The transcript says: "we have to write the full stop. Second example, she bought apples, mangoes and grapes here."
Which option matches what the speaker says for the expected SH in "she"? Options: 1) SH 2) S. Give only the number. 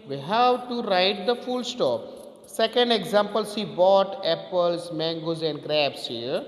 2